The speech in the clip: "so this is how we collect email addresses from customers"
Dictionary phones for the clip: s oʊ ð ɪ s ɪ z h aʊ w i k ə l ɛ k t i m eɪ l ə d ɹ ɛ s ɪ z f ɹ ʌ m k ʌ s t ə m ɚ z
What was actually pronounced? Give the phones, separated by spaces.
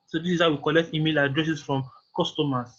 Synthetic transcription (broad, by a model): s oʊ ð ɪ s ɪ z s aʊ w i k ə l ɛ k t i m eɪ l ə d ɹ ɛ s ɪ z f ɹ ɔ m k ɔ s t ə m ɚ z